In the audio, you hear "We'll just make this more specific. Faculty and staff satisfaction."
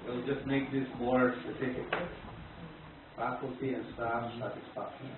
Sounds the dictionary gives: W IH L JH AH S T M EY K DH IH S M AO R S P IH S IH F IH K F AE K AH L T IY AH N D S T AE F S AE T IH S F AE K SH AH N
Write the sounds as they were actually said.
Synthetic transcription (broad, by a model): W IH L JH AH S T M EY K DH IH S M AO R S P IH S IH F IH K F AE K AH L T IY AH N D S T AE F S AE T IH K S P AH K